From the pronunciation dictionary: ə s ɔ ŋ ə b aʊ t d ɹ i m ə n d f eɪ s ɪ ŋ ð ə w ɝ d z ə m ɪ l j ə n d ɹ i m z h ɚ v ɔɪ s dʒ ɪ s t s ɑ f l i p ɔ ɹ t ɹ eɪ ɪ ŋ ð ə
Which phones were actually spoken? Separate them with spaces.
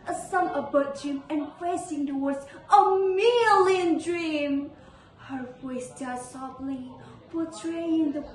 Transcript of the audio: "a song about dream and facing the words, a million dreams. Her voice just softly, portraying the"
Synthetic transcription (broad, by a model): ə s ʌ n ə b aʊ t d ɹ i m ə n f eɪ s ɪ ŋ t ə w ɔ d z ə m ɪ l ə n d ɹ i m h ɚ v ɔɪ s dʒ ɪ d s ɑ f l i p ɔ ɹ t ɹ eɪ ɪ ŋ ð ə